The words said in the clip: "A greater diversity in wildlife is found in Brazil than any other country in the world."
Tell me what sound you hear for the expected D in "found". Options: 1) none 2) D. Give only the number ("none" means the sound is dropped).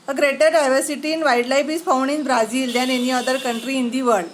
1